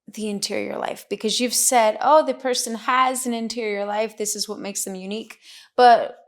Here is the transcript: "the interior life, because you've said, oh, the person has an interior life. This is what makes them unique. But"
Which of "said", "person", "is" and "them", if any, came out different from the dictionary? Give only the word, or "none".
none